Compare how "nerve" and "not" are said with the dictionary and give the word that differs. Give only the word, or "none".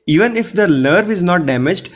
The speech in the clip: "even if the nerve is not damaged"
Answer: nerve